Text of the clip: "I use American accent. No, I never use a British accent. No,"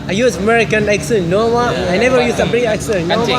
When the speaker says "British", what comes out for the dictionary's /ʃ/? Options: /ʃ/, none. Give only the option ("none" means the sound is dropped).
none